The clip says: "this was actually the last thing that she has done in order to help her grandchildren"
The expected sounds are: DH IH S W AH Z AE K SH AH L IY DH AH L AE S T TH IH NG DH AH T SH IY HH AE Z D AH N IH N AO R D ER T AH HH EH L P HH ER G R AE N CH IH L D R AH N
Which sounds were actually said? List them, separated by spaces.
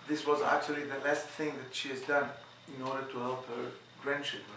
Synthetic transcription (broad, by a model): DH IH S W AH Z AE K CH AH L IY DH AH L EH S T TH IH NG DH AH T SH IY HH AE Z D AH N IH N AO R D ER T AH HH EH L P HH ER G R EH N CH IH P